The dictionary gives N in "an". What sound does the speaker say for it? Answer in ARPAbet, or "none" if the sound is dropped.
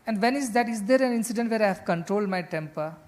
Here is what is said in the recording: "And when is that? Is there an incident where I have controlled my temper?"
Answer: N